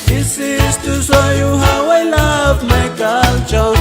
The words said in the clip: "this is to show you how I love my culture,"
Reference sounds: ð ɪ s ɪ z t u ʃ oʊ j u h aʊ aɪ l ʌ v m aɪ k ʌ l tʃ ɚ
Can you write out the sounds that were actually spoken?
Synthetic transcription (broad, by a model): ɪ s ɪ s t u s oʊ j u h aʊ aɪ l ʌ b m aɪ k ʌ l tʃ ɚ